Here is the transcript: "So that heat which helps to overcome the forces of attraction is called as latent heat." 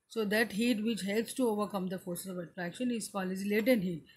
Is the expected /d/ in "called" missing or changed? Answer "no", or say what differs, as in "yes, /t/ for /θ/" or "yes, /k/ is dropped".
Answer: yes, /d/ is dropped